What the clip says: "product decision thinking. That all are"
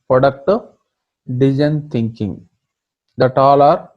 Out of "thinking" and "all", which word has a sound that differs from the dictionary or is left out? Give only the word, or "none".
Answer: thinking